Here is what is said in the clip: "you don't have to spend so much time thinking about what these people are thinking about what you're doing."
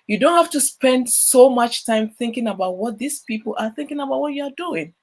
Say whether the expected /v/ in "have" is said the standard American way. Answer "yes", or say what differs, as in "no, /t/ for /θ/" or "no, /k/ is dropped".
no, /f/ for /v/